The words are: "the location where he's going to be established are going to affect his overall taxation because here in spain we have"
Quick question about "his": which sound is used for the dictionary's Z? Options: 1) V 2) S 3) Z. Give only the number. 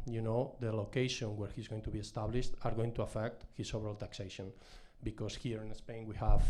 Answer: 2